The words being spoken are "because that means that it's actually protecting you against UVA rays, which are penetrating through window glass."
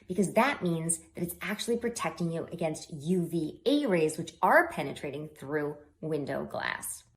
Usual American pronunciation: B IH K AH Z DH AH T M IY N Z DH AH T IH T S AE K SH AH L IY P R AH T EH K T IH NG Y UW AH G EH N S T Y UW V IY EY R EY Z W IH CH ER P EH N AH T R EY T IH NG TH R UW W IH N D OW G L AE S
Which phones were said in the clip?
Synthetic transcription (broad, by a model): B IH K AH Z DH AH T M IY N Z DH AH T IH T S AE K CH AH L IY P R AH T EH K T IH NG Y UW AH G EH N S T Y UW V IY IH R EY Z W IH CH ER P EH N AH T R EY T IH NG TH R UW W IH N D OW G L AE S